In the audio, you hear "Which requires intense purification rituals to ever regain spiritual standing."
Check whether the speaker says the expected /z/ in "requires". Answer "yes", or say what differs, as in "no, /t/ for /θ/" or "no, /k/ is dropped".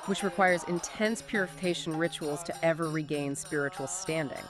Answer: yes